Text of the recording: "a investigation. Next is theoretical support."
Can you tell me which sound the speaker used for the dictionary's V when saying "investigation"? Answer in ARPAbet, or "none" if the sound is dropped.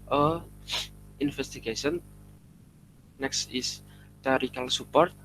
F